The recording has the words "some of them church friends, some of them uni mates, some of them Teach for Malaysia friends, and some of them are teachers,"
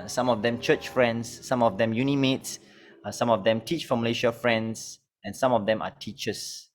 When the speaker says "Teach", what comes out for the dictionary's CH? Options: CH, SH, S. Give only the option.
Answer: CH